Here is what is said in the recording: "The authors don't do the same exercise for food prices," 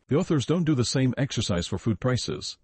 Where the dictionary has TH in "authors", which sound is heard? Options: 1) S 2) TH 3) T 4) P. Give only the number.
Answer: 2